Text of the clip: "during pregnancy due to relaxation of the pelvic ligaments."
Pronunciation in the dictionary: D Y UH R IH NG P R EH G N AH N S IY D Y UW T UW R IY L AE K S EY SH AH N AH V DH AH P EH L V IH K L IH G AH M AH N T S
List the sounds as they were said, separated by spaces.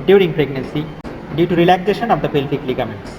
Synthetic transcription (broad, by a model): D Y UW R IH NG P R EH G N AH N S IY D Y UW T UW R IY L AE K S EY SH AH N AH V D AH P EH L F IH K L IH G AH M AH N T S